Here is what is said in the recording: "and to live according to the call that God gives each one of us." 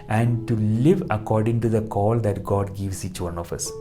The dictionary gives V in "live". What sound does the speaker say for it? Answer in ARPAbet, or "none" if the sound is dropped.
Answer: V